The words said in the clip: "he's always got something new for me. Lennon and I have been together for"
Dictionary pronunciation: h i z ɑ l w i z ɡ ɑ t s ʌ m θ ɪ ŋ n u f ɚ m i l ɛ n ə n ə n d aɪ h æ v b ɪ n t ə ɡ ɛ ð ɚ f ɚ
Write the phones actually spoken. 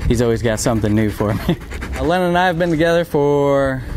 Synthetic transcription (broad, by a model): h i z ɑ l w i z ɡ ɑ t s ʌ m θ ɪ ŋ n u f ɚ m i l ɛ n ə n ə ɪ v b ɪ n t ə ɡ ɛ ð ɚ f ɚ